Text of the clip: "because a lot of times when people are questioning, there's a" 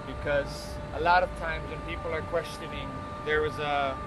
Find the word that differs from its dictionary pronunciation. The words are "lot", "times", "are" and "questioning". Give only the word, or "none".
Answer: none